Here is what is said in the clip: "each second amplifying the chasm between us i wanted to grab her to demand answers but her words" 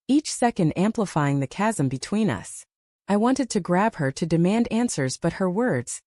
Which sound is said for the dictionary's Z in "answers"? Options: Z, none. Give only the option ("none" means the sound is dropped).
Z